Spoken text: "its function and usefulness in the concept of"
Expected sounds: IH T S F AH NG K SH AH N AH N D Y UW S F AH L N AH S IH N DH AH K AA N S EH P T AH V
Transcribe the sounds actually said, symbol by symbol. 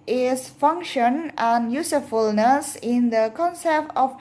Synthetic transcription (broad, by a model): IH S F AH NG K SH AH N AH N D Y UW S F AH L N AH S IH N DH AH K AA N S EH P T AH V